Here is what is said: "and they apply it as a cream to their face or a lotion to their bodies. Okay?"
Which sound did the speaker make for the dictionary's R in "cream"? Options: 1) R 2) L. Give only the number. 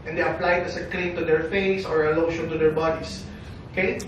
2